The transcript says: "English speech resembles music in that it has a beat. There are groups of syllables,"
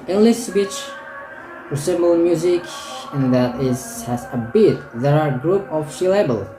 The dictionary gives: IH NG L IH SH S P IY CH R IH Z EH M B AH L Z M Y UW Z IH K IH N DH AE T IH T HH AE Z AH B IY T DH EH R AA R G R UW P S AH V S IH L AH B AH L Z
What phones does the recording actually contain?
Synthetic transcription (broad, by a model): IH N L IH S B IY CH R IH S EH M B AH L M Y UW Z IH K IH N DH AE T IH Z HH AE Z AH B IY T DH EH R AA R G R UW P AH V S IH L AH B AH L